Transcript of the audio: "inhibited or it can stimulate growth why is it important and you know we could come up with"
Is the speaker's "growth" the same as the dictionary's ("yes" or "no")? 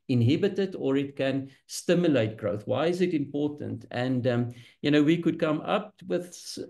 yes